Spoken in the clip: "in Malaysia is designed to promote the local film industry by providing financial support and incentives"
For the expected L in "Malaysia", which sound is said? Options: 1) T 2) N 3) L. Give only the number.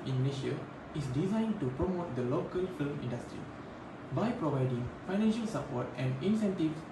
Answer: 2